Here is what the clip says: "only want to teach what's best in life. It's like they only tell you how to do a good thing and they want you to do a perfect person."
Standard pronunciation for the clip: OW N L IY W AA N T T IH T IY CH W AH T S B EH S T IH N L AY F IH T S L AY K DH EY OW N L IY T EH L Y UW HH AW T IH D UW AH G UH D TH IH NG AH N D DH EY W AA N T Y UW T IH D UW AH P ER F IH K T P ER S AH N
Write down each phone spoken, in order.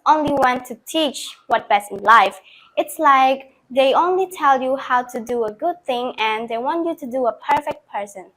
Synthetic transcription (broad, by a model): OW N L IY W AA N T T IH T IY CH W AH T B EH S T IH N L AY F IH T S L AY K DH EY OW N L IY T EH L Y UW HH AW T IH D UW AH G UH D TH IH NG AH N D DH EY W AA N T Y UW T IH D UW AH P ER F IH K T P ER S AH N